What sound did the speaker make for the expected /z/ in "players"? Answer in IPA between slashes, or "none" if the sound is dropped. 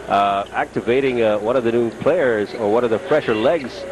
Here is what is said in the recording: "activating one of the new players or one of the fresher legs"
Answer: /z/